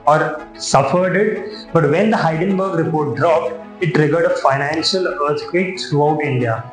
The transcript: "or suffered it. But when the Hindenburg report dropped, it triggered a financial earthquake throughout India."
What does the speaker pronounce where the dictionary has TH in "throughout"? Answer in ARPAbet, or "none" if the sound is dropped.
T